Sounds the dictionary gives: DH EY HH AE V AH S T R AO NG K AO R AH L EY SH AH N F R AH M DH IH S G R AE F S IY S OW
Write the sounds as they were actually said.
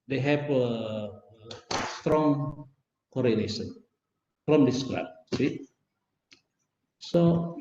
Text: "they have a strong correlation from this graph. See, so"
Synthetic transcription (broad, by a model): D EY HH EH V AH S T R AO NG K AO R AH N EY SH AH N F R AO M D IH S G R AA P S IY S OW